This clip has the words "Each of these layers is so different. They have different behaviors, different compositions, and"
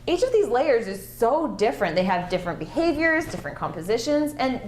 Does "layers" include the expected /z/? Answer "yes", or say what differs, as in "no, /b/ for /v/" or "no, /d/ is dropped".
yes